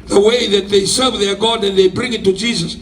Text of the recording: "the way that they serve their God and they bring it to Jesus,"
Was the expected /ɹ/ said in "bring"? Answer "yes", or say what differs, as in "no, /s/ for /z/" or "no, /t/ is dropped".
yes